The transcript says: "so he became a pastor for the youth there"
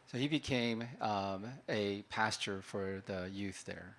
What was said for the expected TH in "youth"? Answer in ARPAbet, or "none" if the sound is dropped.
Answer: TH